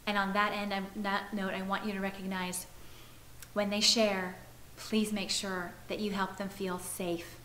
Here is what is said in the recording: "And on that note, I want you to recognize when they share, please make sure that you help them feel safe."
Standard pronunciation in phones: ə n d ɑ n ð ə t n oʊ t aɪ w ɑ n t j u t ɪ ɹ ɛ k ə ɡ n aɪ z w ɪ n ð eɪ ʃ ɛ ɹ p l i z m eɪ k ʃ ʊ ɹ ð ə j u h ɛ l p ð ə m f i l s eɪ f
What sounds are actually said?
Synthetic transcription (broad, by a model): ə n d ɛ n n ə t n oʊ t aɪ w ɑ n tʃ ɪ t ɪ ɹ ɛ k ə ɡ n aɪ z w ɪ n ð eɪ ʃ ɛ ɹ p l i z m eɪ k ʃ ʊ ɹ ð ə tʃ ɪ h ɛ l p ð ə m f i l s eɪ f